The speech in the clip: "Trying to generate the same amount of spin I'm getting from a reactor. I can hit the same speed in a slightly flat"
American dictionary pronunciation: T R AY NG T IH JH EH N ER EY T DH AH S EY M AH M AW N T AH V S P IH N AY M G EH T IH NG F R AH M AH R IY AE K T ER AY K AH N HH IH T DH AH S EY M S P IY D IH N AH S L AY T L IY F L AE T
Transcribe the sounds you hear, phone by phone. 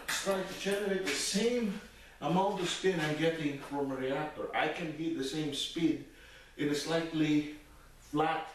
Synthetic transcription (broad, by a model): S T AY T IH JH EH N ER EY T DH AH S EY M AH M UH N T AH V S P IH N AY M G EH T IH NG F R AH M AH R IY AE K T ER AY K AH N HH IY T DH AH S EY M S P IY D IH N AH S L AY T L IY F L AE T